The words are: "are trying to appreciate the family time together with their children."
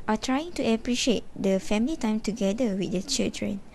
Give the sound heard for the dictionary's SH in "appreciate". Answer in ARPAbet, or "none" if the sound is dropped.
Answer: SH